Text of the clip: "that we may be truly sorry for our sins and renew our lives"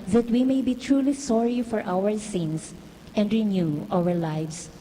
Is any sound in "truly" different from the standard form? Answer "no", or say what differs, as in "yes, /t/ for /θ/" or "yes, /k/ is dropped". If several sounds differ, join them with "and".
no